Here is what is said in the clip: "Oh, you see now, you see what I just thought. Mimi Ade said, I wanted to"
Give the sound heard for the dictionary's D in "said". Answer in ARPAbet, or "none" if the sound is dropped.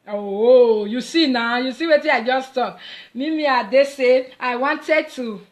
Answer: none